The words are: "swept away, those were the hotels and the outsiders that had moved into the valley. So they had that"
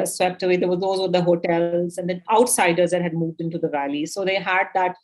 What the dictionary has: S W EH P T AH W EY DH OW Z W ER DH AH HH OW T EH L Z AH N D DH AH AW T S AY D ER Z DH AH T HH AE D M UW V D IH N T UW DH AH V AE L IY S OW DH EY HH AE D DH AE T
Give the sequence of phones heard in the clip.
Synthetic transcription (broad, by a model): S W EH P T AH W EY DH OW Z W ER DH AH HH OW T EH L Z AH N D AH AW T S AY D ER Z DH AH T HH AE D M UW V D IH N T UW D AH V AE L IY S OW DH EY HH AE D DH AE T